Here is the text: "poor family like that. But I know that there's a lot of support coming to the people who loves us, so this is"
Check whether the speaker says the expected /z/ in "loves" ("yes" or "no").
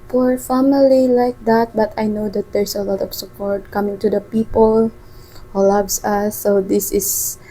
no